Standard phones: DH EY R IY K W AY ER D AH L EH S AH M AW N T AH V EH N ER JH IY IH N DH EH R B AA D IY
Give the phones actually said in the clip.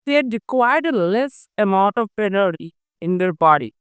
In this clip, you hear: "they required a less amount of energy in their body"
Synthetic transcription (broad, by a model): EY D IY K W AY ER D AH L EH S AH M AW N T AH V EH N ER IY IH N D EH R B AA D IY